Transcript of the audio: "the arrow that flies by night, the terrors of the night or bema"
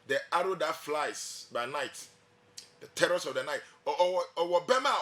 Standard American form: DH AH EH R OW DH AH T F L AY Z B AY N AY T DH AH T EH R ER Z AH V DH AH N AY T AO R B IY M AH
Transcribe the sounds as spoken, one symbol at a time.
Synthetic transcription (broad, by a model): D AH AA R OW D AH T F L AY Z B AY N AY T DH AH T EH R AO S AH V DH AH N AY T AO W B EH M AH